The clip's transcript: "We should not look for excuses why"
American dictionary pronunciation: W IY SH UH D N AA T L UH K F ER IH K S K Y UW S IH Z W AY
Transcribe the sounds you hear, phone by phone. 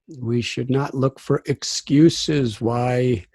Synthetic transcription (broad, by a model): W IY SH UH D N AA T L UH K F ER IH K S K Y UW S IH Z W AY